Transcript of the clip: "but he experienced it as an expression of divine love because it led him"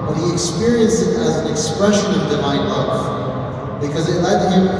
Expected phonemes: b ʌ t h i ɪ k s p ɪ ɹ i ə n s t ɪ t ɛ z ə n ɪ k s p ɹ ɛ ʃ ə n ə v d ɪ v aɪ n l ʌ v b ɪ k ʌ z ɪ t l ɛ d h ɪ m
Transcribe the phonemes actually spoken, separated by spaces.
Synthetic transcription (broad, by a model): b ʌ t h i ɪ k s p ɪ ɹ i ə n s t ɪ t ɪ z n ɪ k s p ɹ ɛ ʃ ə n ə v d ɪ v aɪ n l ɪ f b ɪ k ʌ z ɪ t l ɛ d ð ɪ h